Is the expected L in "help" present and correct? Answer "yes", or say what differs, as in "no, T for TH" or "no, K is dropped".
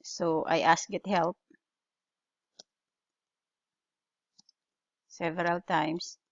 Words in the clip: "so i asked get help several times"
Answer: yes